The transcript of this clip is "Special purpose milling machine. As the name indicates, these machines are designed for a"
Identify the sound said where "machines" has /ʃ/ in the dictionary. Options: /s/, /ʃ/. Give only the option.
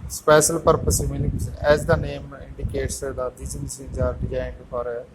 /s/